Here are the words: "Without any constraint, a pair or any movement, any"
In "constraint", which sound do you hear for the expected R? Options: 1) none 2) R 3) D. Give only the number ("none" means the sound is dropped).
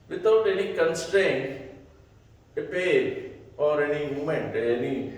2